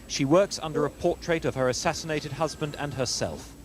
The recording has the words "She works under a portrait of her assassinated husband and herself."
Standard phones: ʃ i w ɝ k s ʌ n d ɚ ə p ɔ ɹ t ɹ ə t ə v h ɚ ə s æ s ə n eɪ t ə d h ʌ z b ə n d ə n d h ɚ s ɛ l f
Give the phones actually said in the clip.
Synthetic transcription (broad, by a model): ʃ i w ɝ k s ʌ n d ɚ ə p ɔ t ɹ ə t ə v ɚ ə s æ s ə n eɪ t ə d h ʌ z b ə n d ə n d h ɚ s ɛ l f